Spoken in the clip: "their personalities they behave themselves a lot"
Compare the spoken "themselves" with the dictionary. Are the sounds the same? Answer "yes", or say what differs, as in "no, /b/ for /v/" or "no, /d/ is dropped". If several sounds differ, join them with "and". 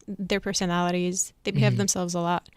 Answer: yes